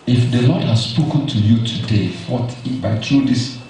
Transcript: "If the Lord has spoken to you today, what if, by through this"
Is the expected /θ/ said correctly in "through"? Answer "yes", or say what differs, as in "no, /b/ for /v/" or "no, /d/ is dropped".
no, /t/ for /θ/